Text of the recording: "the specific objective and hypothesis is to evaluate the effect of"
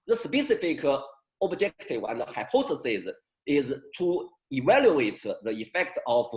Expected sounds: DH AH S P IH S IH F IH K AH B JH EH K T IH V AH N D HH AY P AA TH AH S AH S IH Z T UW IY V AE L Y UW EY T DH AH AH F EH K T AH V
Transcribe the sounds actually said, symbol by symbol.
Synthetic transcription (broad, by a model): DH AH S P IH S IH F IH K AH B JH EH K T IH W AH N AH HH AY P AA S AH S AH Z IH Z T UW IY V AE L Y UW EY T DH AH AH F EH K T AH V